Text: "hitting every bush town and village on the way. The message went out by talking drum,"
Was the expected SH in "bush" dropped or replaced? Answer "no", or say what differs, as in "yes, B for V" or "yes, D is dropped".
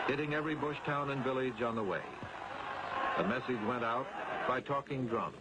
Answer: no